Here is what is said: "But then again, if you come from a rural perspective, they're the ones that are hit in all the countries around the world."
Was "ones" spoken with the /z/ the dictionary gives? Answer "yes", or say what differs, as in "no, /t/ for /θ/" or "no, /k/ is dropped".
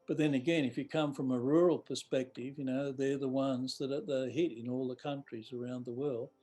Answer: yes